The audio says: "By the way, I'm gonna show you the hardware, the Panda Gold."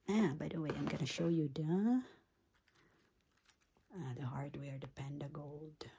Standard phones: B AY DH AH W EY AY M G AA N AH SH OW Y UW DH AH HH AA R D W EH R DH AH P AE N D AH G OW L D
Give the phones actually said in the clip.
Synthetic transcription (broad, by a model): B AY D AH W EY AY M G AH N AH SH OW Y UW DH AH HH AA R D W EH R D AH P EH N D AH G OW L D